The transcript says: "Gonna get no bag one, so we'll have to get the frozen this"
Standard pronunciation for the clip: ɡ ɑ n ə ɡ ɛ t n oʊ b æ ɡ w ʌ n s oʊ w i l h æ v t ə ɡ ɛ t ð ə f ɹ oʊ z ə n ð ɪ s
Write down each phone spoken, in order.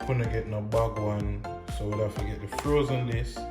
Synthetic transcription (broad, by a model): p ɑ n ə ɡ ɛ t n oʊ b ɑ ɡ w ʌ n s oʊ w i l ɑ f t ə ɡ ɛ t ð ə f ɹ oʊ z ə n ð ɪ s